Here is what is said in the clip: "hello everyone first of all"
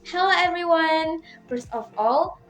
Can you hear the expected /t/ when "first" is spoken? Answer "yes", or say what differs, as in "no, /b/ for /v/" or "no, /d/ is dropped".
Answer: no, /t/ is dropped